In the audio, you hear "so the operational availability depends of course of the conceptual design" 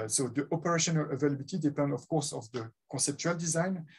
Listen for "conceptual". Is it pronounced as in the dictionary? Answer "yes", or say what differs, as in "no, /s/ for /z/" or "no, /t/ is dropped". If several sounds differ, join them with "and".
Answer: no, /n/ is dropped